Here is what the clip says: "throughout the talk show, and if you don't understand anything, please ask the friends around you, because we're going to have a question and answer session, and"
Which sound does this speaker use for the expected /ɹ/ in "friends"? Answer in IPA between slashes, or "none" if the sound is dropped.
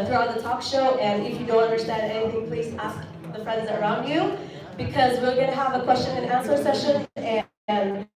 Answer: /ɹ/